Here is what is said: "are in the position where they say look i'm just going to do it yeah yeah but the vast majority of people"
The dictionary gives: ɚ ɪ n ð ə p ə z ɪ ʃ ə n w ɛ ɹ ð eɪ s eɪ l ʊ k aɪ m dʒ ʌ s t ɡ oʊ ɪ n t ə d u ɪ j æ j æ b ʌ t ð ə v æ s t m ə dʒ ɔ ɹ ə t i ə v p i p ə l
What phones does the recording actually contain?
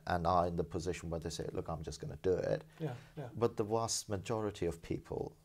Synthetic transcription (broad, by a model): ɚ ɪ n ð ə p ə z ɪ ʃ ə n w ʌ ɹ ð eɪ s eɪ l ʊ k aɪ m dʒ ʌ s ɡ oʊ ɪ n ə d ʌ ɪ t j b ʌ t ð ə w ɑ s t m ə dʒ ɔ ɹ ə t i ə v p i p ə l